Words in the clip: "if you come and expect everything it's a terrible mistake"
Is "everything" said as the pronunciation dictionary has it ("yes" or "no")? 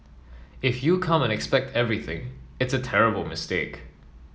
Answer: yes